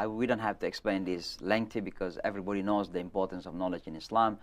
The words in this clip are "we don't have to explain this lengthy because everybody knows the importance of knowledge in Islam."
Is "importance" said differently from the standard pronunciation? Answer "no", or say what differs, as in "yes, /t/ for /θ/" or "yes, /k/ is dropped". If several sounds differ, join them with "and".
no